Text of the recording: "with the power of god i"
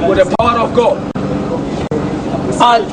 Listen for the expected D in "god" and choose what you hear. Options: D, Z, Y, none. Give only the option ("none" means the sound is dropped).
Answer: none